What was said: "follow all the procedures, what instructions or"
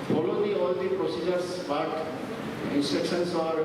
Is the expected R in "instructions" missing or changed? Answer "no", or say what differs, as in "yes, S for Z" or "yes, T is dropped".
yes, R is dropped